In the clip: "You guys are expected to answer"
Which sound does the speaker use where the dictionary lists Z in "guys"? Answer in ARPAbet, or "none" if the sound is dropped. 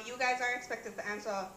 Z